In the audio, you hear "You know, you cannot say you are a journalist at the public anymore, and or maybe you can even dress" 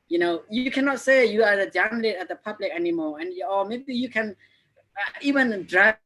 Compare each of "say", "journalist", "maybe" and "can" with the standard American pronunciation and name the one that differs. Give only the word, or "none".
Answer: journalist